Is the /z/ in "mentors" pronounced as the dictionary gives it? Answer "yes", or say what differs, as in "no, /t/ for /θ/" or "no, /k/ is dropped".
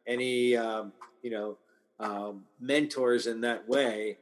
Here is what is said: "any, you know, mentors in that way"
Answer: yes